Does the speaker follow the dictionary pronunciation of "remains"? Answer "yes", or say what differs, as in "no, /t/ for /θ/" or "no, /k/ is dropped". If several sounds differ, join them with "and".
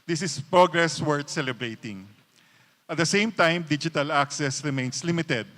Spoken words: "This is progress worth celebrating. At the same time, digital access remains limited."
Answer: no, /s/ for /z/